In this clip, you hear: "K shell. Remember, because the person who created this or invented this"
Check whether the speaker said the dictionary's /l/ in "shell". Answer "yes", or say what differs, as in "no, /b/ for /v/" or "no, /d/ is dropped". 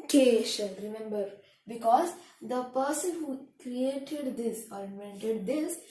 no, /n/ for /l/